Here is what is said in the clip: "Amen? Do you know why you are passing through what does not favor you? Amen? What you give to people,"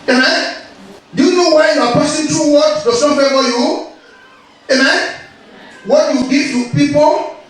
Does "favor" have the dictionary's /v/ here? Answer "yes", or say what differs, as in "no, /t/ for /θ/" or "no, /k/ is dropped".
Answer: no, /f/ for /v/